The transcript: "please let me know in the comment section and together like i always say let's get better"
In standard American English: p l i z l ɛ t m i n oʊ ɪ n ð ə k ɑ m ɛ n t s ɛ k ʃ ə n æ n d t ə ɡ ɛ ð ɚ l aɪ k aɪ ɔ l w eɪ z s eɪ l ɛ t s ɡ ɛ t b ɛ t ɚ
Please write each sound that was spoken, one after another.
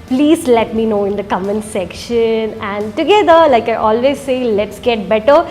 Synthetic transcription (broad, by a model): p l i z l ɛ t m i n oʊ ɪ n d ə k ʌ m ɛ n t s ɛ k ʃ ə n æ n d t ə ɡ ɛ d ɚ l aɪ k aɪ ɔ l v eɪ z s eɪ l ɛ t s ɡ ɛ t b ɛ t ɚ